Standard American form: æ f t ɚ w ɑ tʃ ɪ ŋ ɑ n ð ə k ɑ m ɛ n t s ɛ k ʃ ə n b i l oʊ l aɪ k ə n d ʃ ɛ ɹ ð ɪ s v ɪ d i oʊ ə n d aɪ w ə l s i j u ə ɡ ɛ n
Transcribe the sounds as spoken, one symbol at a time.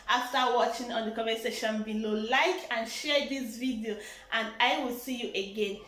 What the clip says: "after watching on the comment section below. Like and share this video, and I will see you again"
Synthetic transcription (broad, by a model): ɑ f t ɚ w ɑ tʃ ɪ ŋ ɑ n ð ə k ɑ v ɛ s ɛ ʃ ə n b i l oʊ l aɪ k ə n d ʃ ɛ ɹ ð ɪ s v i d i oʊ ə n d aɪ w ə l s i j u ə ɡ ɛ n